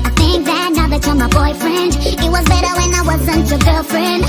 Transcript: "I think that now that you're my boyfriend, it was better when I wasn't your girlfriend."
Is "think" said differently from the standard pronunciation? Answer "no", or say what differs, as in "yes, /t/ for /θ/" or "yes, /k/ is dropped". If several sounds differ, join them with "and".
no